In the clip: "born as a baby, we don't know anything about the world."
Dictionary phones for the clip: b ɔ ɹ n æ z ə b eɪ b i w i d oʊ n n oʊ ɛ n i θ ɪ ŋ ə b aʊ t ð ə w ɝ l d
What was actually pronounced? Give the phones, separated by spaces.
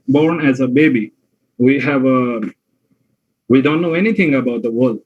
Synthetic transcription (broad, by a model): b ɔ ɹ n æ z ə b eɪ b i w i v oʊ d n oʊ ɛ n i t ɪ ŋ ə b aʊ t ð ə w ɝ l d